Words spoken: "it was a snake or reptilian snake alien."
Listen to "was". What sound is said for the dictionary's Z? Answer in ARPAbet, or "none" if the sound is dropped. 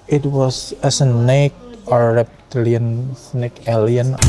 S